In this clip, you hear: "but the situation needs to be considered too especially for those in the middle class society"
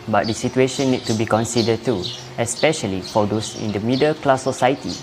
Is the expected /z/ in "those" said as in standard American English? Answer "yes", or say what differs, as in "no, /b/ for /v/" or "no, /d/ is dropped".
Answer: no, /s/ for /z/